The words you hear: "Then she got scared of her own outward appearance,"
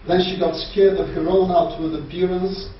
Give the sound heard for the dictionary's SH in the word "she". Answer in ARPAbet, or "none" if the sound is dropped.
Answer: SH